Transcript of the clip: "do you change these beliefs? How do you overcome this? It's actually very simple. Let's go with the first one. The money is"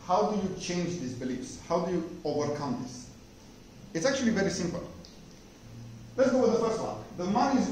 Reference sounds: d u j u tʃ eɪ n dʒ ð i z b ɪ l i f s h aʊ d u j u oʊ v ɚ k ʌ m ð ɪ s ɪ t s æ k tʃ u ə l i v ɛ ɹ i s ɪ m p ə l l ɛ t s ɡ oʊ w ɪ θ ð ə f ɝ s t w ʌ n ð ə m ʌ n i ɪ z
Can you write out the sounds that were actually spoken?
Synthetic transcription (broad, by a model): d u j u tʃ eɪ n dʒ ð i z b ɪ l i f s h aʊ d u j u oʊ v ɚ k ʌ m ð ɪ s ɪ t s æ k tʃ u ə l i v ɛ ɹ i s ɪ m p ə l l ɛ t s ɡ oʊ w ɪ ð ə f ɝ s t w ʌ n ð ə m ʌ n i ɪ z